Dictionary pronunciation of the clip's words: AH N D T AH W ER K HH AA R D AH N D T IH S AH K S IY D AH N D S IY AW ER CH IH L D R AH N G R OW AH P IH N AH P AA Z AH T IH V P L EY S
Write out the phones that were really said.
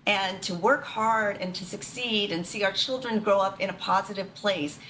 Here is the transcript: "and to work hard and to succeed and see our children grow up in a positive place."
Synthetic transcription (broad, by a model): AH N T AH W ER K HH AA R D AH N T IH S AH K S IY D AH N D S IY AW ER CH IH L D R AH N G R OW AH P IH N AH P AA Z AH T IH V P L EY S